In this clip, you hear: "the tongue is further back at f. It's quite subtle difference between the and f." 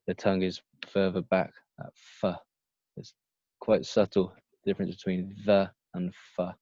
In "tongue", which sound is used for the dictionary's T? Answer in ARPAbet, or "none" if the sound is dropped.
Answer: T